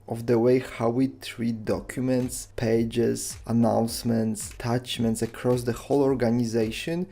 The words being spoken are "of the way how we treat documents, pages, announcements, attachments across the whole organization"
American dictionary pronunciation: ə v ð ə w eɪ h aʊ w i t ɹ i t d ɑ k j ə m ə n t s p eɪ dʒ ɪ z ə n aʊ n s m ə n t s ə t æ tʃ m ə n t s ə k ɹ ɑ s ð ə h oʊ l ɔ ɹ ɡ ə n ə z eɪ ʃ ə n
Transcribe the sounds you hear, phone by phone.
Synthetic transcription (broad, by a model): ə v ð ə w eɪ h aʊ w i t ɹ i t d ɑ k j ə m ə n t s p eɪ dʒ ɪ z ə n aʊ n s m ə n t s t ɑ tʃ m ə n t s ə k ɹ ɑ s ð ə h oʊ l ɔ ɹ ɡ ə n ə z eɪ ʃ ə n